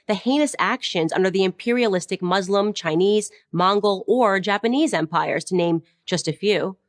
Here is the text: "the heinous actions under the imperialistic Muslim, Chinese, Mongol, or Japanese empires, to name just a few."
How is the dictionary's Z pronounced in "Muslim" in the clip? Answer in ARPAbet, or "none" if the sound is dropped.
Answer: Z